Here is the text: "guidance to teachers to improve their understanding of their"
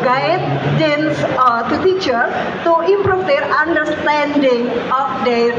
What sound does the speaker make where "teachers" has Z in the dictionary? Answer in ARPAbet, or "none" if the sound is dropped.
none